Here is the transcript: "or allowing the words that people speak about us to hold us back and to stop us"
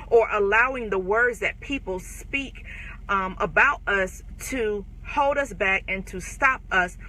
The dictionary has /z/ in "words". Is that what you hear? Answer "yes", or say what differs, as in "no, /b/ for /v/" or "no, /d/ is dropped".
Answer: yes